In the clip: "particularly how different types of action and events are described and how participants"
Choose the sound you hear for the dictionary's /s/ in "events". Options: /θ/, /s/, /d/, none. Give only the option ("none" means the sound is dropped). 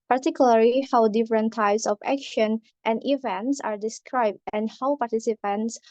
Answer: /s/